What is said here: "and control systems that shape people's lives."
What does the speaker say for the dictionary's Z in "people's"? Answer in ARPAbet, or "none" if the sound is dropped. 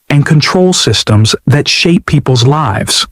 Z